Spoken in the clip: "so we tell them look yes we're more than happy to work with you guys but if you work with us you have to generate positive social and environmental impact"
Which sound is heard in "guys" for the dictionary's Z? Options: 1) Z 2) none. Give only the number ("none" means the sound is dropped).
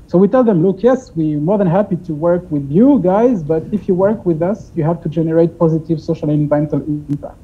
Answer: 1